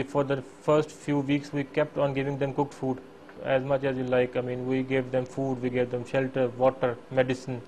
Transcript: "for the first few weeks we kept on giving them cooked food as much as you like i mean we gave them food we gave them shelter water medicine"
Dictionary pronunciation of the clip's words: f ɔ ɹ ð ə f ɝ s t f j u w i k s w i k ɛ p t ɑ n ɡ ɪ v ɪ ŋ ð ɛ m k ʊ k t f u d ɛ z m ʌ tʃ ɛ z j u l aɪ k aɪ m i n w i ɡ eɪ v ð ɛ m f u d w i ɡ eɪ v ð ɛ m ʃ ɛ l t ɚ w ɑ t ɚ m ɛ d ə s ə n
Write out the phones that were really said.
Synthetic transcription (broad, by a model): f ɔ ɹ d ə f ɝ s t f j u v i k s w i k ɛ p t ɑ n ɡ ɪ v ɪ ŋ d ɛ m k ʊ k t f u d ɛ z m ʌ tʃ ɛ z j u l aɪ k aɪ m i n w i ɡ eɪ v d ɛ m f u d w i ɡ eɪ v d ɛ m ʃ ɛ l t ɚ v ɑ t ɚ m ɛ d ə s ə n